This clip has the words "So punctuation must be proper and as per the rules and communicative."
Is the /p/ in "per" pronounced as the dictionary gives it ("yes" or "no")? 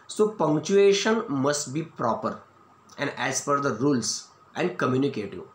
no